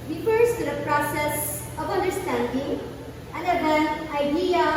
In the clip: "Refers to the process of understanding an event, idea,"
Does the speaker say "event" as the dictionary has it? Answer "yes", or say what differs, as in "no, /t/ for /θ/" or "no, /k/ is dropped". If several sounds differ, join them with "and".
no, /t/ is dropped